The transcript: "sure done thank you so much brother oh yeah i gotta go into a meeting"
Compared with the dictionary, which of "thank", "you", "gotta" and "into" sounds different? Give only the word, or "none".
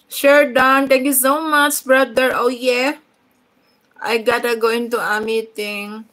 thank